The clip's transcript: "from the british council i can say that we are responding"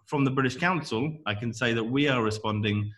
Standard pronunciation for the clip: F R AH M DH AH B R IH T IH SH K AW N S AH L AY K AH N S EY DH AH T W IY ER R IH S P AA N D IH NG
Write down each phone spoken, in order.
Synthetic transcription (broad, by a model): F R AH M DH AH B R IH T IH SH K AW N S AH L AY K AH N S EY DH AH T W IY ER R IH S P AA N D IH NG